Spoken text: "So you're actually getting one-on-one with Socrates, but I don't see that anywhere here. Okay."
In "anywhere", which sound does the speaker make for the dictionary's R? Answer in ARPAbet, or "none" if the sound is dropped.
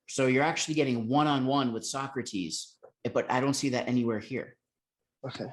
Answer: R